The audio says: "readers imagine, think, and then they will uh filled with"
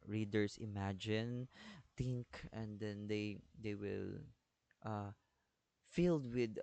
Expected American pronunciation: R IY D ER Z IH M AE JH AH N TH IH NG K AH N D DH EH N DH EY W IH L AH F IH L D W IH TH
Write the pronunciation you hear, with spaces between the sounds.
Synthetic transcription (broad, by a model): R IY D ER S IH M AE JH AH N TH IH NG K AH N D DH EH N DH EY W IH L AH F IH L D W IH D